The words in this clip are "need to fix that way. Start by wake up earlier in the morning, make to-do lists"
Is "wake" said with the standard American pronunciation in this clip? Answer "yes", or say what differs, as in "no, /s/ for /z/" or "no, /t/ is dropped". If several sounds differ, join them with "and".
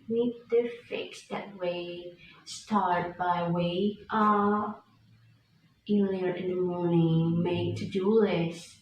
no, /k/ is dropped